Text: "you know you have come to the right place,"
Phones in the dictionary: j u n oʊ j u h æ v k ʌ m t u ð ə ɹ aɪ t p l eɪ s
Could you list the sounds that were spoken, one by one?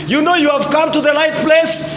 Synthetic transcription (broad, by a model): j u n oʊ j u h æ v k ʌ m t u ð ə l aɪ t p l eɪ s